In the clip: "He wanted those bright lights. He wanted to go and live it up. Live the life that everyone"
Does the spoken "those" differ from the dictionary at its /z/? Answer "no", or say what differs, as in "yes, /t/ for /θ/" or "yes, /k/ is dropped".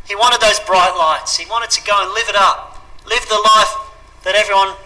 no